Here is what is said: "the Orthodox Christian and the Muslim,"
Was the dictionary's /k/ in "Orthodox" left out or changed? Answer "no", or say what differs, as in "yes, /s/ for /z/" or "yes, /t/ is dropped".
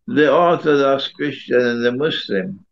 yes, /k/ is dropped